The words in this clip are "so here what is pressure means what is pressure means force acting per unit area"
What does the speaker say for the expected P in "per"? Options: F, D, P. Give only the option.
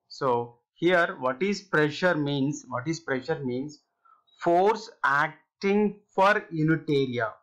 F